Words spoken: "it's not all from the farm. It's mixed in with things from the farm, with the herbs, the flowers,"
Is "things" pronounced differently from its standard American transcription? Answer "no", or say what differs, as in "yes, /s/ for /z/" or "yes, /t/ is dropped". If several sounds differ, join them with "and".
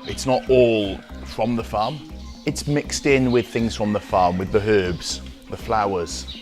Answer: no